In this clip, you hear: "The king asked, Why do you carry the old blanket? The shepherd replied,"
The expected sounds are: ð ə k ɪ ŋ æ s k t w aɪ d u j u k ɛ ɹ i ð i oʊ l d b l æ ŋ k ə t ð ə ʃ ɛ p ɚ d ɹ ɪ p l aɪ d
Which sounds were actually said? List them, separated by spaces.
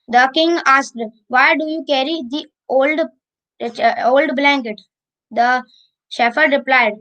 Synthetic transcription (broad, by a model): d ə k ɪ ŋ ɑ s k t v aɪ d u j u k ɛ ɹ i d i oʊ l d b l æ ŋ k ə t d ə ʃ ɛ f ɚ d ɹ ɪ p l aɪ d